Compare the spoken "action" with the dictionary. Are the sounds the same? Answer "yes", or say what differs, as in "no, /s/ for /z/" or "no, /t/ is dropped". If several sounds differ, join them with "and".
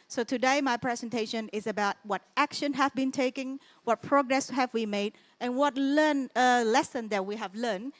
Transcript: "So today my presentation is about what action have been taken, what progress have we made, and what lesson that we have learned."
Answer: yes